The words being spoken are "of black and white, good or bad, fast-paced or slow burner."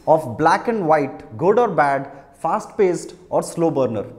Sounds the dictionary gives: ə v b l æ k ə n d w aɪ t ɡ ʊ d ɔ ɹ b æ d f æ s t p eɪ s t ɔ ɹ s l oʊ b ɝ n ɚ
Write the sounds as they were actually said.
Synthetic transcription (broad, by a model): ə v b l æ k ə n d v aɪ t ɡ ʊ d ɔ ɹ b æ d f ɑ s t p eɪ s t ɔ ɹ s l oʊ b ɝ n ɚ